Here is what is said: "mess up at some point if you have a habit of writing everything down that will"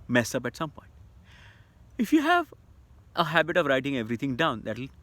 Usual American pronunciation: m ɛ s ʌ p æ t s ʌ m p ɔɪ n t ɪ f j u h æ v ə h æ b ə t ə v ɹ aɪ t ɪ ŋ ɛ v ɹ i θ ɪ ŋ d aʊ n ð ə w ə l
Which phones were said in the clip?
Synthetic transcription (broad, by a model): m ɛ s ʌ p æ t s ʌ m p ɔɪ n t ɪ f j u h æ v ə h æ b ə t ə v ɹ aɪ t ɪ ŋ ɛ v ɹ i t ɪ ŋ d aʊ n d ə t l